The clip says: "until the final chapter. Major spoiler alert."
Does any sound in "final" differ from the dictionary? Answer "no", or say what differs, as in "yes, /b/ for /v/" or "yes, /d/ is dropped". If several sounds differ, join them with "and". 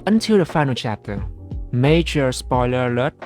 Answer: no